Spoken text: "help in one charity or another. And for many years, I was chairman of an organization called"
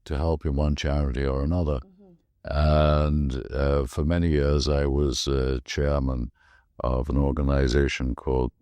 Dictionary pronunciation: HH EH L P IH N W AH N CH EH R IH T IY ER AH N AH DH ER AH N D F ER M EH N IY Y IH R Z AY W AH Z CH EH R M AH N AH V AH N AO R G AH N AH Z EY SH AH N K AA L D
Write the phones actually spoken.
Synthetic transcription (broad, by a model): HH EH L P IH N W AH N CH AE R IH T IY ER AH N AH DH ER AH N F ER M EH N IY Y IH R Z AY W AH Z CH EH R M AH N AH V AH N AO R G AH N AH Z EY SH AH N K AA L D